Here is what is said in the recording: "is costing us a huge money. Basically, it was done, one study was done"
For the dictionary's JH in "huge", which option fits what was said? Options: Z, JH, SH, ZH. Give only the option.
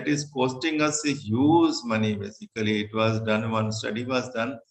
Z